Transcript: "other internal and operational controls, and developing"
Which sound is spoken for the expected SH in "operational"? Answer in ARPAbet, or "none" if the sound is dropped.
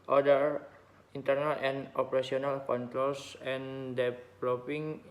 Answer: S